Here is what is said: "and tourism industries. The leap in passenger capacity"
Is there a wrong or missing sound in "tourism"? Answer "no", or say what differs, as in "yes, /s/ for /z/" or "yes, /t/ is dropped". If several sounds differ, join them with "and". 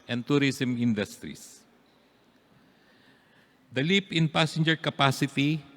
yes, /s/ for /z/